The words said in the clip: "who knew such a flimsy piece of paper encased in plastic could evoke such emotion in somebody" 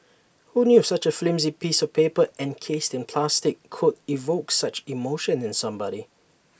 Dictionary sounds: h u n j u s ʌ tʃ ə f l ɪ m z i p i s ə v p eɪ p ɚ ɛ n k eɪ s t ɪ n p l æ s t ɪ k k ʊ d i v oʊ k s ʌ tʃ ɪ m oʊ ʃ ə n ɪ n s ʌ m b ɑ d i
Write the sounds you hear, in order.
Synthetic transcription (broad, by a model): h u n j u s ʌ tʃ ə f l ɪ m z i p i s ə v p eɪ p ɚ ɛ n k eɪ s t ɪ n p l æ s t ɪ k k ʊ d i v oʊ k s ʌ tʃ ɪ m oʊ ʃ ə n ɪ n s ʌ m b ɑ d i